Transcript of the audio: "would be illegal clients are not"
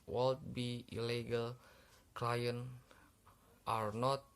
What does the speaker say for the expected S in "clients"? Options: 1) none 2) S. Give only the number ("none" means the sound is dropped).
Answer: 1